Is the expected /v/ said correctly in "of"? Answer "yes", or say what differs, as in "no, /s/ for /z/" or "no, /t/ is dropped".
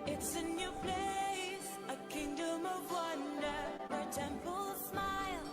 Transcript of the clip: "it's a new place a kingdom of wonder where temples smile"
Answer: yes